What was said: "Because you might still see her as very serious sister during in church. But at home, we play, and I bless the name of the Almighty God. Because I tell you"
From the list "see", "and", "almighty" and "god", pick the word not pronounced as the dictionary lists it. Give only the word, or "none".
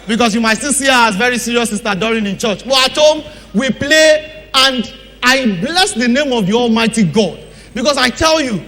none